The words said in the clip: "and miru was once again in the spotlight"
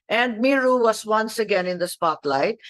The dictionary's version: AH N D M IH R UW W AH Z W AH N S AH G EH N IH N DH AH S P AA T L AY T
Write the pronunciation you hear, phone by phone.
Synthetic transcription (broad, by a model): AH N D M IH R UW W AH S W AH N S AH G EH N IH N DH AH S P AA T L AY T